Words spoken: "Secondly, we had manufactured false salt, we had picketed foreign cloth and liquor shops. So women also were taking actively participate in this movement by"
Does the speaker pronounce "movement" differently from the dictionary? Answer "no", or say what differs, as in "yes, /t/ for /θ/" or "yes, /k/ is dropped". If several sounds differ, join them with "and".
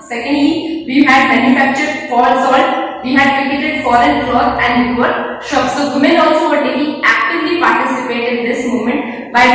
yes, /v/ is dropped